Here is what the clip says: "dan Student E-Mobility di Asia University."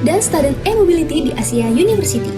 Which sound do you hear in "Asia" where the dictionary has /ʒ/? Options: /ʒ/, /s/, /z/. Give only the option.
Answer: /s/